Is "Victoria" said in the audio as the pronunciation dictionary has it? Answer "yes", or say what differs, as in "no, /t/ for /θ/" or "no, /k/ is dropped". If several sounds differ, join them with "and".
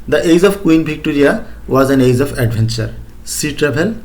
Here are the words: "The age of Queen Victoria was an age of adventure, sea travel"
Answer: no, /b/ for /v/